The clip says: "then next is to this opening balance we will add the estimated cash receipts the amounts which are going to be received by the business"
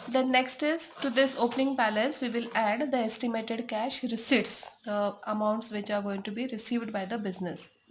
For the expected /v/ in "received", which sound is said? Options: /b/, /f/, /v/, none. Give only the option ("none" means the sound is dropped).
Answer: /v/